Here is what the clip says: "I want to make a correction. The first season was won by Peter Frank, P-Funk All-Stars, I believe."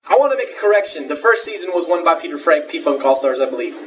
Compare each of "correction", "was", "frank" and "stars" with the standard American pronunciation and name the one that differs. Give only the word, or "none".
none